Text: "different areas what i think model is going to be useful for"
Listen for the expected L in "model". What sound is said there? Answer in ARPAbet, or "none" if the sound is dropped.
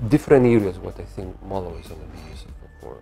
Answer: W